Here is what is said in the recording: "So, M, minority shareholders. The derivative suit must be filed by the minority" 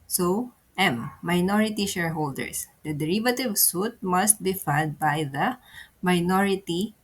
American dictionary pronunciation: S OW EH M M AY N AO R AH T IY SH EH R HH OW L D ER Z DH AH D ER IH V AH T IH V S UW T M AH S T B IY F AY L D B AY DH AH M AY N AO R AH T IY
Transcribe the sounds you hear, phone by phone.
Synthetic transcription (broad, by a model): S OW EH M M AY N AO R AH T IY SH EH R HH OW L D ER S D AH D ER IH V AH T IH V S UW T M AH S T B IY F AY D B AY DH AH M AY N AO R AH T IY